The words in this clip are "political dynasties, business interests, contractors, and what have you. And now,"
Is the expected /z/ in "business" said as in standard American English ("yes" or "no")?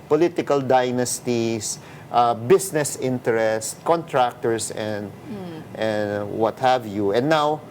no